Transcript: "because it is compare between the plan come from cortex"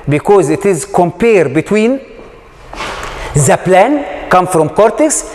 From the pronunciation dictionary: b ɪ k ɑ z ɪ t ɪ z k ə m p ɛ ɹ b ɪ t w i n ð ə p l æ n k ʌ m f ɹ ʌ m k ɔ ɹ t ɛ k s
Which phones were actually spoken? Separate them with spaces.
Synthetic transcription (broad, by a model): b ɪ k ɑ z ɪ t ɪ z k ə m p ɛ ɹ b ɪ t w i n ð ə p l æ n k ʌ m f ɹ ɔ m k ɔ ɹ t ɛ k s